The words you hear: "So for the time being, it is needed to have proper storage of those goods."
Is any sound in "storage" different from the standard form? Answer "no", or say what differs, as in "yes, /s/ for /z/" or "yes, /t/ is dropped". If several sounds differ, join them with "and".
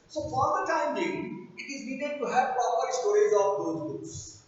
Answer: yes, /z/ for /dʒ/